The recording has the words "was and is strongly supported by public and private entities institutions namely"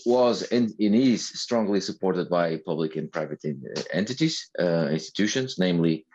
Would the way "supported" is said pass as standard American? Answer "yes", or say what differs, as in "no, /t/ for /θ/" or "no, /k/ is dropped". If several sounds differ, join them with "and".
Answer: yes